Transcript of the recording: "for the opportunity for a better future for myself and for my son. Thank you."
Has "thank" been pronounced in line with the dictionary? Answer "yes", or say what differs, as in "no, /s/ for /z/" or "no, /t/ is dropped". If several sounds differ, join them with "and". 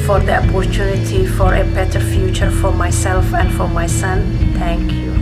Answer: no, /t/ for /θ/